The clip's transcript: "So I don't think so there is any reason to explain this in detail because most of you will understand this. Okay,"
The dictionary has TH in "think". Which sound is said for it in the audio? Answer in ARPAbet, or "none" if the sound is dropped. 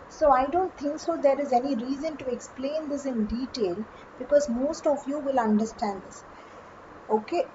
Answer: T